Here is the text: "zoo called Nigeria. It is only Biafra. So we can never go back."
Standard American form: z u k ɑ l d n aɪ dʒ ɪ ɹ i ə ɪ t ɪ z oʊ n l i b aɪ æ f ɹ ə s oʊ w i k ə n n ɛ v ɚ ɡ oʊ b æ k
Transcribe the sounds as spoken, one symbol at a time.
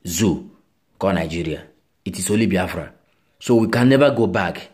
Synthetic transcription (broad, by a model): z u k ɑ n aɪ dʒ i ɹ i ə ɪ t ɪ s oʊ l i b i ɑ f ɹ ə s oʊ w i k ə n n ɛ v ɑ ɡ oʊ b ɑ k